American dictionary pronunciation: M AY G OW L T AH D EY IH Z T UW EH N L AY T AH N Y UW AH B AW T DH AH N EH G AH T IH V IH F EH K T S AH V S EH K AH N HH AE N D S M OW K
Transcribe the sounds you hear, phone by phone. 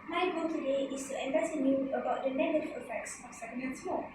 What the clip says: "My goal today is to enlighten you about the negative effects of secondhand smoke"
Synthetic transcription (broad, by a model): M AY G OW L T AH D EY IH S T UW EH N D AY S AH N Y UW AH B AW T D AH N EH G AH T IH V IH F EH K T S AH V S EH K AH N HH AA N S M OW